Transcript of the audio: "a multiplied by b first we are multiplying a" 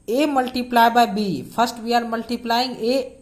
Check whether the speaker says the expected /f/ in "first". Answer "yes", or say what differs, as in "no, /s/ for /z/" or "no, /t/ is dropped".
no, /p/ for /f/